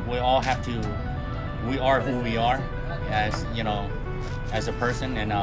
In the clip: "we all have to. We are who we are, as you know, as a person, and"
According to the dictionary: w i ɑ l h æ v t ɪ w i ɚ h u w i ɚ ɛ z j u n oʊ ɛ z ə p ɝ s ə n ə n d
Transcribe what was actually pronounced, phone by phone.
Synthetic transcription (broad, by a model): w i ɑ l h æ f t ɪ w i ɚ h u w i ɚ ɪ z j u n oʊ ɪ z ə p ɝ s ə n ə n